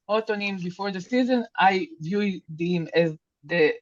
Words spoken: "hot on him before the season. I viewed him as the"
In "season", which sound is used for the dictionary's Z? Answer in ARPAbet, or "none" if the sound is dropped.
Z